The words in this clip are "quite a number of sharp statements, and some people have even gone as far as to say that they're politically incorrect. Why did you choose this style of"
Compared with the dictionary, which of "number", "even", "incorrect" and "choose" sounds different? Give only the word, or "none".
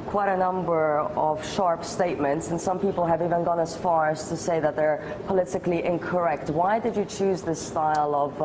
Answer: none